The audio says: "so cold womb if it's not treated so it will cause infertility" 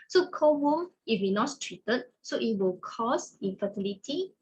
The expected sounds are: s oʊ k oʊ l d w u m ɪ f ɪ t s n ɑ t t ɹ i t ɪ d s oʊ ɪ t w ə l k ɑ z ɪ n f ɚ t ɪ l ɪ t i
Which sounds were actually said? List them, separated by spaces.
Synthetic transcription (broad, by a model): s oʊ k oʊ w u ɪ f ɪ n ɑ t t ɹ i t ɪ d s oʊ ɪ t w ə l k ɑ s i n f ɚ t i l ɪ t i